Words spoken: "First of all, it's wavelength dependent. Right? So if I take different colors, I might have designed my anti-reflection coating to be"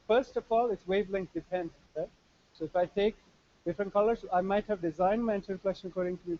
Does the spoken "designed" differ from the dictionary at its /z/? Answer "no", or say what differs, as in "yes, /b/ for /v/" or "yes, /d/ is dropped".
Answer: no